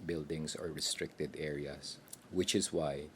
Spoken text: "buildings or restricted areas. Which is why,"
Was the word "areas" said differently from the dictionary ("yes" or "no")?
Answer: yes